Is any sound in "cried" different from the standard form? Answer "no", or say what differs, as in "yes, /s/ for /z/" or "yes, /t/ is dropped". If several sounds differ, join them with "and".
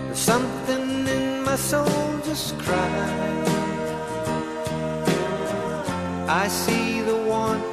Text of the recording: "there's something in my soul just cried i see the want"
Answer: yes, /d/ is dropped